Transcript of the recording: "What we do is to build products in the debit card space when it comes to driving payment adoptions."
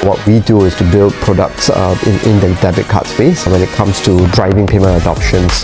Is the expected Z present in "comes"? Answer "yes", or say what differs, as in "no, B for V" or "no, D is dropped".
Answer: no, S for Z